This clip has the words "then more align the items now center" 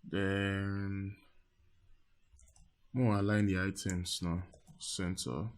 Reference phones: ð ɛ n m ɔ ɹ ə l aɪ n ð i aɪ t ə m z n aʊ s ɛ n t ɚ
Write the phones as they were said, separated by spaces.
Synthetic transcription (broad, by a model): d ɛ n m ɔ w ə l aɪ n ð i aɪ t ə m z n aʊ s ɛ n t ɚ